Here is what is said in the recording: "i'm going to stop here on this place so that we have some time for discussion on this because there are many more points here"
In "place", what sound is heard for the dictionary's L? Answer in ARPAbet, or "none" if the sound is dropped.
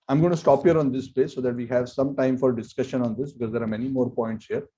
none